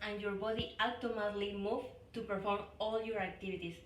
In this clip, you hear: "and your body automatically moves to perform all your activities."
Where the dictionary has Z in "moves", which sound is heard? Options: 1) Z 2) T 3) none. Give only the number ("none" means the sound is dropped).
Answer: 3